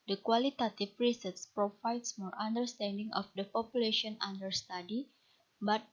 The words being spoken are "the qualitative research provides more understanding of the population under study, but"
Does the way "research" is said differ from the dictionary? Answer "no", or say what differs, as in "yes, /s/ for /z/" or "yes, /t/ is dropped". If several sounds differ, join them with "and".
yes, /s/ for /tʃ/